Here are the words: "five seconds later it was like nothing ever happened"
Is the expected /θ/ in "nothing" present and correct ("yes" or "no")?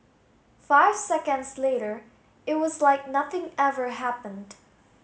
yes